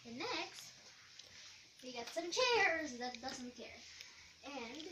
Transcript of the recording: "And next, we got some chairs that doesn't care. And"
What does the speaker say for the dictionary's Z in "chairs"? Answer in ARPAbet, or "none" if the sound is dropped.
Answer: Z